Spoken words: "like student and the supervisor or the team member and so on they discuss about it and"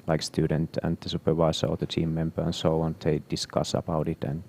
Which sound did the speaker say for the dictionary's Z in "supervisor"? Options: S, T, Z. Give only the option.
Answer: S